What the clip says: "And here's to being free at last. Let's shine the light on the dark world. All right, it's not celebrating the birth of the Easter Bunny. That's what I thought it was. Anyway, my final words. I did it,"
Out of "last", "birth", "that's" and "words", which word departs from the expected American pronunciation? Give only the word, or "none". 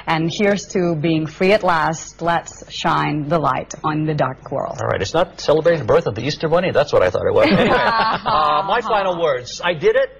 none